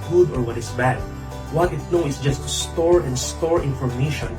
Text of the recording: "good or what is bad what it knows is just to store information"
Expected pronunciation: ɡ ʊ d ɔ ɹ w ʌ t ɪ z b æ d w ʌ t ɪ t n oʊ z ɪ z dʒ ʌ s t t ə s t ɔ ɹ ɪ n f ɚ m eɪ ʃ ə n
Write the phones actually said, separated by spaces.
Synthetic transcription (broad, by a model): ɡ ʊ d ɔ ɹ w ʌ t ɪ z b æ d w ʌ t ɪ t n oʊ ɪ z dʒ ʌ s t t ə s t ɔ ɹ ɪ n f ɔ m eɪ ʃ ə n